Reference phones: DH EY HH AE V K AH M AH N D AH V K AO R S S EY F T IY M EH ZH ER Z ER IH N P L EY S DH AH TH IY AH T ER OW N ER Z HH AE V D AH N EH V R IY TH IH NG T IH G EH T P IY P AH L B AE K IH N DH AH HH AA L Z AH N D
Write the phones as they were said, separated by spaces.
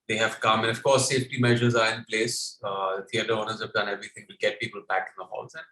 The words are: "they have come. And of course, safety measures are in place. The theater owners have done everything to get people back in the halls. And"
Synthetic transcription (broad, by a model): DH EY HH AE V K AH M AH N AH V K AO R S S EY F T IY M EH ZH ER Z ER IH N P L EY S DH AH T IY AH T ER OW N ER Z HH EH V D AH N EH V R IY T IH NG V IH G EH T P IY P AH L B AE K IH N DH AH HH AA L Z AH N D